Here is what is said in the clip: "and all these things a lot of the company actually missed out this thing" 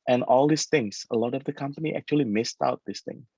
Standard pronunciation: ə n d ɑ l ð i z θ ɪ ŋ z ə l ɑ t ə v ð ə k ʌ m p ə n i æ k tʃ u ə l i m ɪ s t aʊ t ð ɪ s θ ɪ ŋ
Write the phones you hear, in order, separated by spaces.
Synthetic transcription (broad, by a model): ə n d ɑ l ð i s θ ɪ ŋ s ə l ɑ t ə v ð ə k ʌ m p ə n i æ k tʃ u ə l i m ɪ s t aʊ t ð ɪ s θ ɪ ŋ